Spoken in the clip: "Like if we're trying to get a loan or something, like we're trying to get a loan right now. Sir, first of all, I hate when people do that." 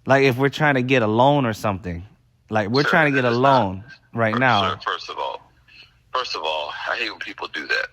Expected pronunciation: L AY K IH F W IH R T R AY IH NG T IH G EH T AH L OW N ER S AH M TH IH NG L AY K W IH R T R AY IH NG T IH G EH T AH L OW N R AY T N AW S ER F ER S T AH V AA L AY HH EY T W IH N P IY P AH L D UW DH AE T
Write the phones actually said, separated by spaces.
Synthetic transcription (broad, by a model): L AY K IH F W IH R T R AY IH NG T IH G EH T AH L OW N ER S AH M TH IH NG L AY K W IH R T R AY IH NG T IH G EH T AH L OW N R AY T N AW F ER F ER S T AH V AA L AY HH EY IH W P IY P L D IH DH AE T